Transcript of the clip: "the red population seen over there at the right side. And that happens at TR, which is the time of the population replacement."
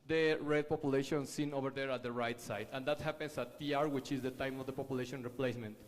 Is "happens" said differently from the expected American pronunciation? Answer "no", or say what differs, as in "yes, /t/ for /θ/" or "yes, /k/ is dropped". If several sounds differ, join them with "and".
yes, /s/ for /z/